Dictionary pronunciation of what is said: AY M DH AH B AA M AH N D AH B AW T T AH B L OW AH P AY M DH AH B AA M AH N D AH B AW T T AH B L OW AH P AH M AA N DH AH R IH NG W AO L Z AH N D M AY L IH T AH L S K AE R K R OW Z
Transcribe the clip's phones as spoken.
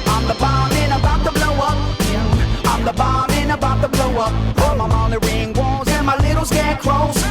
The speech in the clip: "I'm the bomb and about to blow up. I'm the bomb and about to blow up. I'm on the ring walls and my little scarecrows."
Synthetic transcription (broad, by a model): AY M DH AH B AA M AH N AH B AW T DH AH B L OW AH P AY M DH AH B AA M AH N AH B AW T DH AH B L OW AH P AH M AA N DH AH R IH NG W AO Z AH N M AY L IH T L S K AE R K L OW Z